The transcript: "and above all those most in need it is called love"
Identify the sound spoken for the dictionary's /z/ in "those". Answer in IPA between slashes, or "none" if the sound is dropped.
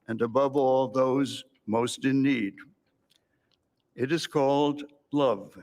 /z/